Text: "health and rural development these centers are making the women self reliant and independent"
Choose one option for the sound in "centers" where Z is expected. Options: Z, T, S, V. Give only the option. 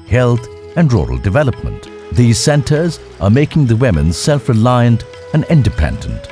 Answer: Z